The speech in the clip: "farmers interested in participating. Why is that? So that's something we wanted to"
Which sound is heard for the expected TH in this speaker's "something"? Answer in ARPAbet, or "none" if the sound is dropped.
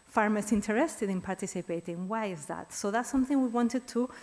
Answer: TH